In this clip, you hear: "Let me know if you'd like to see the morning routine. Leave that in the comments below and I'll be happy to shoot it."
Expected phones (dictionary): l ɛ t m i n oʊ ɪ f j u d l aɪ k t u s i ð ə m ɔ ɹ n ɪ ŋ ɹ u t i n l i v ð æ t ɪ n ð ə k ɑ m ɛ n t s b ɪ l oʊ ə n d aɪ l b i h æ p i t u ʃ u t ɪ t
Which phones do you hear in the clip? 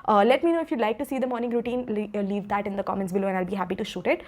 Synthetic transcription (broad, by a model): l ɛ t m i n oʊ ɪ f j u l aɪ k t u s i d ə m ɔ ɹ n ɪ ŋ ɹ u t i n l i v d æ t ɪ n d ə k ɑ m ɛ n t s b ɪ l oʊ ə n aɪ l b i h æ p i t u ʃ u t ɪ t